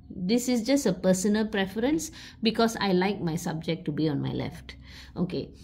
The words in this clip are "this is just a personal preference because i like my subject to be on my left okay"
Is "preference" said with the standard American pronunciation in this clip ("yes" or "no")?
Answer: yes